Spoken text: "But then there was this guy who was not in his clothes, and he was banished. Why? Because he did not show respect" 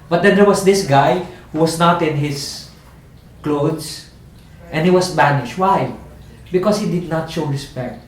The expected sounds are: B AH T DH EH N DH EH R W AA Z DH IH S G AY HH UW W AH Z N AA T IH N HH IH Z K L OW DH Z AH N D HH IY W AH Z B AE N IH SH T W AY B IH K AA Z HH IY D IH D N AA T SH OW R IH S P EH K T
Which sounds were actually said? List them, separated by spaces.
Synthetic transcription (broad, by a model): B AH T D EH N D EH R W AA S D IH S G AY HH UW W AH S N AA T IH N HH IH S K L OW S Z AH N HH IY W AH S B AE N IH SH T W AY B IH K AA S HH IY D IH D N AA T SH OW R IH S P EH K T